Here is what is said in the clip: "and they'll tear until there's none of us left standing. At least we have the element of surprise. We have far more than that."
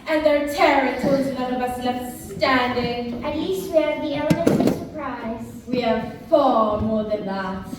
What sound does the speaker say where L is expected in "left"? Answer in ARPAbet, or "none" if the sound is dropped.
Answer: N